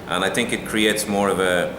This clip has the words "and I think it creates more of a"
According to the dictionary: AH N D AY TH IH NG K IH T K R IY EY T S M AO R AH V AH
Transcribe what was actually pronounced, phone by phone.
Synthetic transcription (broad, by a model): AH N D AY TH IH NG K IH T K R IY EY T S M AO R AH V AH